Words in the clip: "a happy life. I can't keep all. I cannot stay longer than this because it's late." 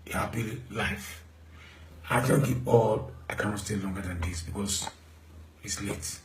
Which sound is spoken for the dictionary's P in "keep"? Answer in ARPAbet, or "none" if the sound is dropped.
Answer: none